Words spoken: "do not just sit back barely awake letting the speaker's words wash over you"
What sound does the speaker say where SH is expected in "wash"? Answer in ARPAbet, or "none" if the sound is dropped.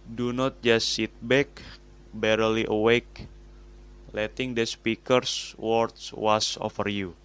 S